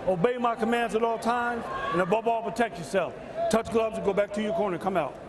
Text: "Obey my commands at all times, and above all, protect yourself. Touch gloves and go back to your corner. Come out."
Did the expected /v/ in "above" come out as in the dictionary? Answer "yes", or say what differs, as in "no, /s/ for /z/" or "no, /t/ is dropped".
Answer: no, /b/ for /v/